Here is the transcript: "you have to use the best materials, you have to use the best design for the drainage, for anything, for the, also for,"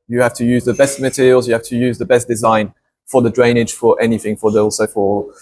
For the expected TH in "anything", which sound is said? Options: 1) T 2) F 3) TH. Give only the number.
3